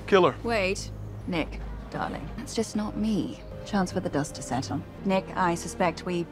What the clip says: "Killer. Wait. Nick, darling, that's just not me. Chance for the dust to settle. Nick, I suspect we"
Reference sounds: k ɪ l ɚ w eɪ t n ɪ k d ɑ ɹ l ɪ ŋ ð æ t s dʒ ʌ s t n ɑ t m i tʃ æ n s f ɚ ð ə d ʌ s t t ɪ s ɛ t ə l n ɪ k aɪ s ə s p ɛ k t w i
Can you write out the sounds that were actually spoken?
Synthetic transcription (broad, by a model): k ɪ l ɚ w eɪ t n ɪ k d ɑ ɹ l ɪ ŋ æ t s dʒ ʌ s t n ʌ t m i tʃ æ n s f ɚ ð ə d ʌ s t t ɪ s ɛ t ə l n ɪ k aɪ s ə s p ɛ k t w i